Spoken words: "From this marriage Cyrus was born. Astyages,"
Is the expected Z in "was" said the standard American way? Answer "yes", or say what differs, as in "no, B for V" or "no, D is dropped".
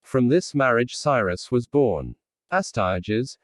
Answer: yes